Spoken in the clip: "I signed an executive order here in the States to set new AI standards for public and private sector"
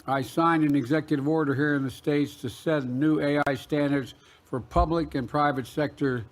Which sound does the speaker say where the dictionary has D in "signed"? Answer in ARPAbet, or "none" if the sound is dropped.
D